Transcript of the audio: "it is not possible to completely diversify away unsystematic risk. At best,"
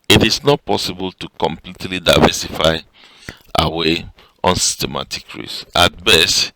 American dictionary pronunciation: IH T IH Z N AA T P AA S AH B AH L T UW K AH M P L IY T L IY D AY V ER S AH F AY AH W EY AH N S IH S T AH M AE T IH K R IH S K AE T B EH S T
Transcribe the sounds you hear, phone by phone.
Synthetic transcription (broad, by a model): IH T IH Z N AA T P AA S AH B AH L T UW K AH M P L IY T L IY D AY V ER S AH F AY AH W EY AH N S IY S T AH M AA T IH K R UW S AA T B EH S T